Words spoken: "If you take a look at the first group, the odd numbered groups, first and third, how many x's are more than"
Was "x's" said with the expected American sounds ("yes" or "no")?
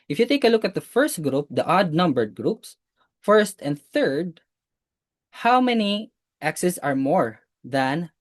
no